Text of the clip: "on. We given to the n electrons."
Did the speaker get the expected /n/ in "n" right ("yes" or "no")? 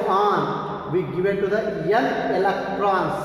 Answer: no